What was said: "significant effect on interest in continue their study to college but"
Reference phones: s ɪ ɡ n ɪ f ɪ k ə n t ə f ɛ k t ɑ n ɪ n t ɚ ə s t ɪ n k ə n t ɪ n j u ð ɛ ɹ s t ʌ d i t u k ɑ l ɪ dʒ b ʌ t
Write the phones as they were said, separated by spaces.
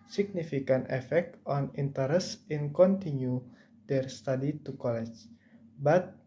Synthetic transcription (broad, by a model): s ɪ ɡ n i f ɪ k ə n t ə f ɛ k t ɑ n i n t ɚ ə s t ɪ n k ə n t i n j u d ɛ ɹ s t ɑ d i t u k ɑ l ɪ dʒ b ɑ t